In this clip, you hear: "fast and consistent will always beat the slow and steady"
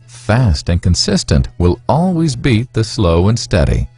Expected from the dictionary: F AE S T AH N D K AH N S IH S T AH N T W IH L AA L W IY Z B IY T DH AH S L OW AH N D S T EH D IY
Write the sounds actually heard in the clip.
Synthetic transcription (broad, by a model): F AE S T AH N K AH N S IH S T AH N T W IH L AA L W IY Z B IY T DH AH S L OW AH N S T EH D IY